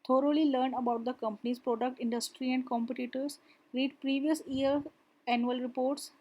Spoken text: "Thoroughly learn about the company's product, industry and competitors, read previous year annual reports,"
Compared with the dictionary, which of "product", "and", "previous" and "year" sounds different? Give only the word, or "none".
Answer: year